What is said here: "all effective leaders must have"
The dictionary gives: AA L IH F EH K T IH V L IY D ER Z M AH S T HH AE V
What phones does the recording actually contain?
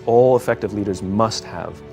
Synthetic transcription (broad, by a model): AA L IH F EH K T IH V L IY D ER Z M AH S T HH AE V